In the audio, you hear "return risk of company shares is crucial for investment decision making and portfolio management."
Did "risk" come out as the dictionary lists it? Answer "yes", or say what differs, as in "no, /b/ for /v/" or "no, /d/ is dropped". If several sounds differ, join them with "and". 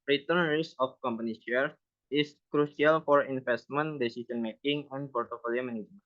no, /k/ is dropped